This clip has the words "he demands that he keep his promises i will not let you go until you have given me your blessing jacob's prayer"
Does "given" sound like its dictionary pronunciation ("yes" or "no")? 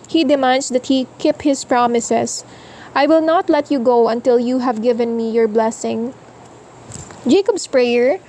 yes